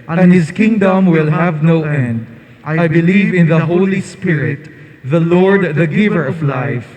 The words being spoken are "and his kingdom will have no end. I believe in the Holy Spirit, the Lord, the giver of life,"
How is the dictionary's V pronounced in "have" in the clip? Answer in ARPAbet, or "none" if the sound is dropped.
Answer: V